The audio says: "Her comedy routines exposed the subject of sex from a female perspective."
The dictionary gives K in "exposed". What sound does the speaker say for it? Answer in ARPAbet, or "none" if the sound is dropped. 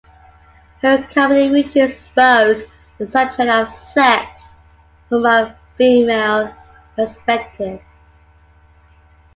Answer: none